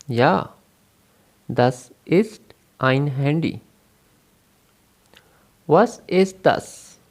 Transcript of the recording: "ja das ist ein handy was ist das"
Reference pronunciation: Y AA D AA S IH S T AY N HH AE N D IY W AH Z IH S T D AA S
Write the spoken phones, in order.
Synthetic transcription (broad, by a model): Y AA D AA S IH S T AY N HH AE N D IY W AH S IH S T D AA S